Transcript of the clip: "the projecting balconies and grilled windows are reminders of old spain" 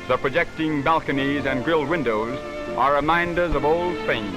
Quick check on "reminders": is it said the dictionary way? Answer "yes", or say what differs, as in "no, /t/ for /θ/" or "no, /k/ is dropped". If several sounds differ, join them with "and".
yes